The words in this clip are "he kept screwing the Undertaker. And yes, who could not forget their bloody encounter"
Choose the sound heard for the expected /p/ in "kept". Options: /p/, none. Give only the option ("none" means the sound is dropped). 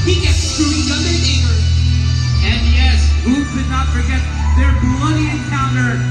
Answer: none